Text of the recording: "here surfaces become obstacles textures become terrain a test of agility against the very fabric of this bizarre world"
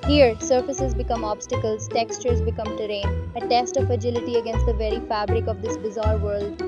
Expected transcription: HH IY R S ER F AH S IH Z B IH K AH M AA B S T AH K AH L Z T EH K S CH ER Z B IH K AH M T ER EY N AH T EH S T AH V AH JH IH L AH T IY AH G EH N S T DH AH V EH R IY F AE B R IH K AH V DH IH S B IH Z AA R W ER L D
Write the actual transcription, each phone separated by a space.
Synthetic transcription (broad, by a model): HH IY R S ER F AH S IH Z B IH K AH M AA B S T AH K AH L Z T EH K S CH ER Z B IH K AH M T ER EY N AH T EH S T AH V AH JH IH L AH T IY AH G EH N S T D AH V EH R IY F AE B R IH K AH V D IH S B IH Z AA R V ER L D